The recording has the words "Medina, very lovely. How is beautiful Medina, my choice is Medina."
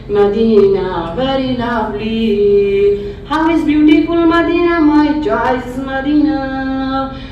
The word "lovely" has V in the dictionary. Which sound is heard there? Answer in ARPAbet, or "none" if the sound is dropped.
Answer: B